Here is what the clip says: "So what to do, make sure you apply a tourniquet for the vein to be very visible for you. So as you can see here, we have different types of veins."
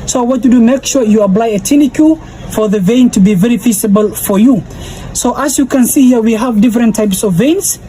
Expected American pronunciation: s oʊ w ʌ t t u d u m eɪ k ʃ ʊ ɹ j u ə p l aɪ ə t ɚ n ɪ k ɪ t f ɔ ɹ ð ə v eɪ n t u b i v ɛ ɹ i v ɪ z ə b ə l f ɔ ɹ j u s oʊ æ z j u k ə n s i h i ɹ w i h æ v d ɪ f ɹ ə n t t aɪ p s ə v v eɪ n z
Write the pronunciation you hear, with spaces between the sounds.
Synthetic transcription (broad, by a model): s oʊ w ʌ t t u d u m eɪ k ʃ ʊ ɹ j u ə p l aɪ ə t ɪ n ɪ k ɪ f ɔ ɹ ð ə v eɪ n t u b i v ɛ ɹ i f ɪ s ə b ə l f ɔ ɹ j u s oʊ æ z j u k ə n s i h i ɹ w i h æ v d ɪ f ɹ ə n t t aɪ p s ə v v eɪ n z